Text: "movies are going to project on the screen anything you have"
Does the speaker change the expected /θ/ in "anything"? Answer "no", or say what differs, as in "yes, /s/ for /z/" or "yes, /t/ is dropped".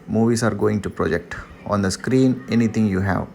yes, /t/ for /θ/